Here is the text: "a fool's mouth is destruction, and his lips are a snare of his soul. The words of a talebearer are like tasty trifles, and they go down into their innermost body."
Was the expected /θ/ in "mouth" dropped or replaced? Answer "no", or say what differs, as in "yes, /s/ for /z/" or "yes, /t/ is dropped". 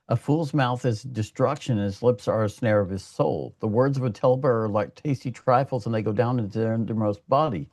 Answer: no